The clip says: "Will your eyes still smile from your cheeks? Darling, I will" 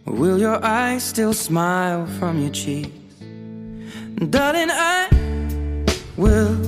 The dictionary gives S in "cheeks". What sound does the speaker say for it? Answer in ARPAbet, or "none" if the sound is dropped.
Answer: none